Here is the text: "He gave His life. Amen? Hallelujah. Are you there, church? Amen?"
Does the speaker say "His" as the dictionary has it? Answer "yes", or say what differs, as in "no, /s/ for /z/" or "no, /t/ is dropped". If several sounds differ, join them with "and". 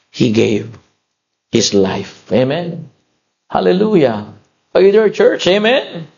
no, /s/ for /z/